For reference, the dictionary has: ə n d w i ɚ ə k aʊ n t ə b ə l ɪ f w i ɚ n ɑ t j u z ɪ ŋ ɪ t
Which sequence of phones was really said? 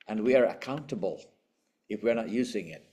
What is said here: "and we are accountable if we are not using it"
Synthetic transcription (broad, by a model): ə n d w i ɚ ə k aʊ n t ə b ə l ɪ f w i ɚ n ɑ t j u z ɪ ŋ ɪ t